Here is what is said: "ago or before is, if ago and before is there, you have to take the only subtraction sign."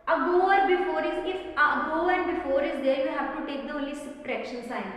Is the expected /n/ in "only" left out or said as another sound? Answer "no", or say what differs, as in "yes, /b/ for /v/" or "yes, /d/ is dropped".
yes, /n/ is dropped